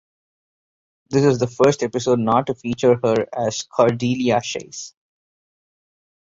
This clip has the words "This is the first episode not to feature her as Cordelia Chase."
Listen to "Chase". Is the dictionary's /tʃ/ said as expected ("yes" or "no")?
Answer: no